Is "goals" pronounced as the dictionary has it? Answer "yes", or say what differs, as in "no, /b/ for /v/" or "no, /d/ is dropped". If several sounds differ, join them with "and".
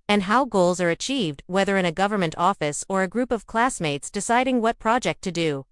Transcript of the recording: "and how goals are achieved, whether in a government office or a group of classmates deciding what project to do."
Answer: yes